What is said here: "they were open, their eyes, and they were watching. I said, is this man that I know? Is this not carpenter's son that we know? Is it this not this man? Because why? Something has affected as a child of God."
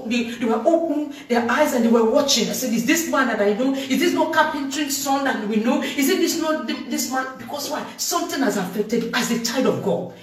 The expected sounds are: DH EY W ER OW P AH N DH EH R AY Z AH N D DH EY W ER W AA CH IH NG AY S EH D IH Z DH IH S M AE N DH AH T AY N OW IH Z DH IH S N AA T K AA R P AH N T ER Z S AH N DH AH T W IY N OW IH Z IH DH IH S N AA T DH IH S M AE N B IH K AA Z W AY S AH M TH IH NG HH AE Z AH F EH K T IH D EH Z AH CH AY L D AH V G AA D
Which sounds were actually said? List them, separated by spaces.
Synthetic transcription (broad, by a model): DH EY W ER OW P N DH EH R AY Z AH N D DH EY W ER W AA CH IH NG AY S EH D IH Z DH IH S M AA N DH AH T AY N OW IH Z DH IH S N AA K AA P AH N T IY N S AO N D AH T W IY N OW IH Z IH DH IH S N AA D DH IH S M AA N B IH K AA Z W AY S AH M T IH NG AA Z AH F EH K T IH D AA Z AH CH AY D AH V G AA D